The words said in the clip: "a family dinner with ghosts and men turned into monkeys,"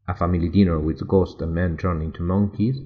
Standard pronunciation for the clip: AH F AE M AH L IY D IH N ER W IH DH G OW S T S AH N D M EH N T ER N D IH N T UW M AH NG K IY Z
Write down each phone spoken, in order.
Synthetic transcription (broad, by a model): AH F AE M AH L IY D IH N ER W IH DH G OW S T AH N M EH N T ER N IH N T UW M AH NG K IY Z